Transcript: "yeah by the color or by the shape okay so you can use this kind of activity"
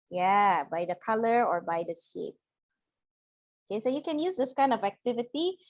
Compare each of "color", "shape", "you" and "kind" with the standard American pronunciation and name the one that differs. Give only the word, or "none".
none